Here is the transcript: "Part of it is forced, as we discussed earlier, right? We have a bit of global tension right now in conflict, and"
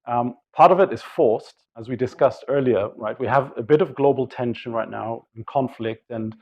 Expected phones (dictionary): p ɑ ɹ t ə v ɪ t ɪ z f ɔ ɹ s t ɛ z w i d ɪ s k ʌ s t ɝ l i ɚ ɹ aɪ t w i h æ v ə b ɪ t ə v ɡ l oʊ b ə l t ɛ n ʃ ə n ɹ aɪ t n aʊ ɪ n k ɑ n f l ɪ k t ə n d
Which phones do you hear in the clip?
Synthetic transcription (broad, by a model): p ɑ ɹ t ə v ɪ t ɪ z f ɔ ɹ s t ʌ z w i d ɪ s k ʌ s t ɝ l i ɚ ɹ aɪ t w i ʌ v ə b ɪ t ə v ɡ l oʊ b l t ɛ n ʃ ə n ɹ aɪ t n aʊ ɪ n k ɑ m f l ɪ k t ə n